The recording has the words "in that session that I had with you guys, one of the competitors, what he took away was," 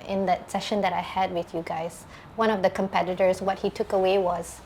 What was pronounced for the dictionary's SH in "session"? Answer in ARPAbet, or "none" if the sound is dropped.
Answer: SH